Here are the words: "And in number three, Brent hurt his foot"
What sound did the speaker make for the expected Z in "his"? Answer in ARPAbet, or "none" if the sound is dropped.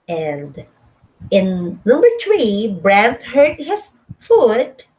S